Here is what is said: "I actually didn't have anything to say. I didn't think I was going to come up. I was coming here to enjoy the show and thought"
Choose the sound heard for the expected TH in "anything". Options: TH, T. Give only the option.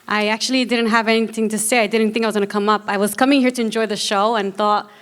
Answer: TH